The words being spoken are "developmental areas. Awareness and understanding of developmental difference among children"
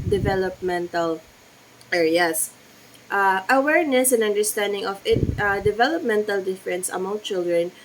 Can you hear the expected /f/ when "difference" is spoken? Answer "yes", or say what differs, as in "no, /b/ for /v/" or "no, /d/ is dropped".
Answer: yes